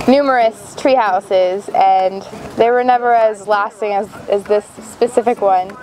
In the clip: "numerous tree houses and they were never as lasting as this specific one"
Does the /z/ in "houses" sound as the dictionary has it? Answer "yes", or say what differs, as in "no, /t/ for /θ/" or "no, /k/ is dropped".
yes